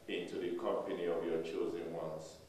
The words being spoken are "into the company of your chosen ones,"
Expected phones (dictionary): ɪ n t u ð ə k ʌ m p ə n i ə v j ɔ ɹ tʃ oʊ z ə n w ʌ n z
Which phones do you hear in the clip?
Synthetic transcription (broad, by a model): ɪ n t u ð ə k ʌ m p ə n i ə v j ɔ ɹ tʃ oʊ z ə n w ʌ n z